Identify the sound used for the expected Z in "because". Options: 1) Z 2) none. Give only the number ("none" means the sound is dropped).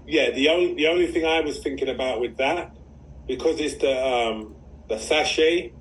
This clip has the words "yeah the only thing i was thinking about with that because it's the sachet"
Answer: 1